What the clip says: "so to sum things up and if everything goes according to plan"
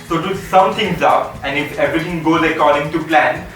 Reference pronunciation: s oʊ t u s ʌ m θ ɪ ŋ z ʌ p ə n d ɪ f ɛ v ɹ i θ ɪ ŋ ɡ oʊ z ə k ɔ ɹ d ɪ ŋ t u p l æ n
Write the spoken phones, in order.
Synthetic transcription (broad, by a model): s oʊ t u s ʌ m t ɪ ŋ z ʌ p ə n d ɪ f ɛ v ɹ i t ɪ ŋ ɡ oʊ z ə k ɔ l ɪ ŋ t u p l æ n